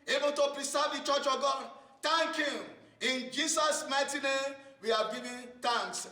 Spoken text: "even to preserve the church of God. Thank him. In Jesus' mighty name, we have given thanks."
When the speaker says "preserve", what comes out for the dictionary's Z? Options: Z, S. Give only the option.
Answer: S